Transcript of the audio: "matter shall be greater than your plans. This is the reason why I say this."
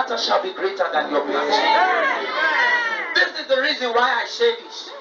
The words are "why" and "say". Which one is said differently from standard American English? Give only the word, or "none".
say